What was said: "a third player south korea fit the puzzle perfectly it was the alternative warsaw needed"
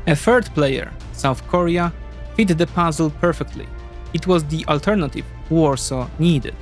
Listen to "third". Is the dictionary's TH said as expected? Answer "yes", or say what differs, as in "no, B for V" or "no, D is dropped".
no, F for TH